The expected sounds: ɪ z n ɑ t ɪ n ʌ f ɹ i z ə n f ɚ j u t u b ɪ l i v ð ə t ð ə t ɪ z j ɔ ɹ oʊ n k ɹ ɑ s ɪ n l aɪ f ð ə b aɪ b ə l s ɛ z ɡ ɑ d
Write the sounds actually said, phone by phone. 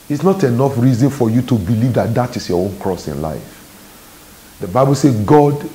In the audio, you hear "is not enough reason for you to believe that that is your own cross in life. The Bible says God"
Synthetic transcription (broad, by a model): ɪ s n ɑ t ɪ n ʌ f ɹ i z ə n f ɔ j u t u b ɪ l i v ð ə t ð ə t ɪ s j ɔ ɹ oʊ n k ɹ ɑ s ɪ n l aɪ f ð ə b aɪ b ə l s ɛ ɡ ɑ d